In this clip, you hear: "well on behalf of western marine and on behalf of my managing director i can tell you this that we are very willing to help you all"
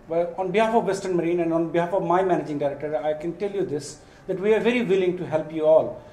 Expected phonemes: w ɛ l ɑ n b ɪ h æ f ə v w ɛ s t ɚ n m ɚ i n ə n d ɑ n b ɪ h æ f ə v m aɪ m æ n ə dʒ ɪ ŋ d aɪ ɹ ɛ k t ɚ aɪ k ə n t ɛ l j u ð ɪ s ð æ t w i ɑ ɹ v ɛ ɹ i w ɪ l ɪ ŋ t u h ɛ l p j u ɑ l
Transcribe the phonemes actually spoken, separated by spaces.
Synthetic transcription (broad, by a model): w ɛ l ɑ n b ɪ h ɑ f ə v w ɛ s t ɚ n m ɚ i n ə n d ɑ n b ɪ h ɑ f ə v m aɪ m æ n ə dʒ ɪ ŋ d aɪ ɹ ɛ k t ɚ aɪ k ə n t ɛ l j u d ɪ s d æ t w i ɑ ɹ v ɛ ɹ i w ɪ l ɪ ŋ t u h ɛ l p j u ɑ l